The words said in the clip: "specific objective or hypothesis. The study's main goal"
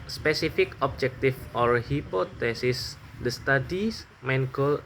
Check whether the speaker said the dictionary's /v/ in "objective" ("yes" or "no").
no